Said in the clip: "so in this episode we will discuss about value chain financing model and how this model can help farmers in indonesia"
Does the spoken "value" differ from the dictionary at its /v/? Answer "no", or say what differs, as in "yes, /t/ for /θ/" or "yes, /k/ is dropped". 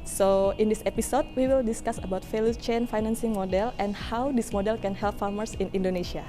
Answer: yes, /f/ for /v/